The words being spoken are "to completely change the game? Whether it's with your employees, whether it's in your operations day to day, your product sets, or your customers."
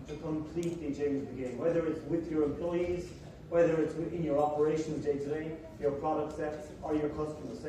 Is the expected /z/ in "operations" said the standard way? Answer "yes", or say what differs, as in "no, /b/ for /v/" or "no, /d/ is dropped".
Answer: yes